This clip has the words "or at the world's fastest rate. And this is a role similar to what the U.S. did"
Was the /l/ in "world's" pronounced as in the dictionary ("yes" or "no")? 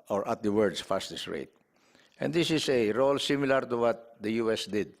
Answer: no